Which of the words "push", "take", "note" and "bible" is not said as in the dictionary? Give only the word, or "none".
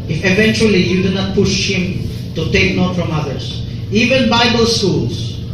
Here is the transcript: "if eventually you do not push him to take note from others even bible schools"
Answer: none